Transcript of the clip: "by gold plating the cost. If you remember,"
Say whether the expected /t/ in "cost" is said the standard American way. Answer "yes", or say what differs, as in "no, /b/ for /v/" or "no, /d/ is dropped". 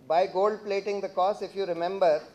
no, /t/ is dropped